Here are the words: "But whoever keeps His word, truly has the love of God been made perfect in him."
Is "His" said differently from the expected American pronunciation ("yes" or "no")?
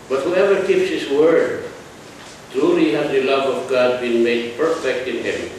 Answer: yes